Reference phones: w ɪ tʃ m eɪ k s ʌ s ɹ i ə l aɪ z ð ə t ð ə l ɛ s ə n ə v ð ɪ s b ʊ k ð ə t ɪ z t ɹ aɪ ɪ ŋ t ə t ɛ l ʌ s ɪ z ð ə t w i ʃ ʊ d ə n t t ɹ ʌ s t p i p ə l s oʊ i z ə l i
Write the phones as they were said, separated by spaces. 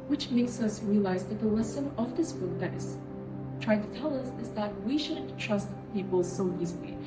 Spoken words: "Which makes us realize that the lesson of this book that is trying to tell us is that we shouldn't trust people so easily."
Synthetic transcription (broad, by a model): w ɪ tʃ m eɪ k s ʌ s ɹ i ə l aɪ z ð ə t ð ə w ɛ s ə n ə v ð ɪ s b ʊ k ð ə t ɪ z t ɹ aɪ ɪ ŋ t ə t ɛ l ʌ s ɪ z ð ə t w i ʃ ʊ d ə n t t ɹ ʌ s t p i p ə l s oʊ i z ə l i